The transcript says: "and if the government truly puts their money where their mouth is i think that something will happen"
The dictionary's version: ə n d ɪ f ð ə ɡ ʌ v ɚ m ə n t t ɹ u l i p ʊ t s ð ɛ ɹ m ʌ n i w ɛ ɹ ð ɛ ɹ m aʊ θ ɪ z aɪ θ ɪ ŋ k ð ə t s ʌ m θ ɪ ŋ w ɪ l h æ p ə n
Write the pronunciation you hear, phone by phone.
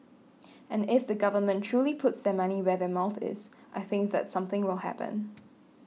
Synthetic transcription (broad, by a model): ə n ɪ f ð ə ɡ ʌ v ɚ m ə n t t ɹ u l i p ʊ t s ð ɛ m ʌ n i w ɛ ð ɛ m aʊ θ ɪ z aɪ θ ɪ ŋ k ð ə t s ʌ m θ ɪ ŋ w ɪ l h æ p ə n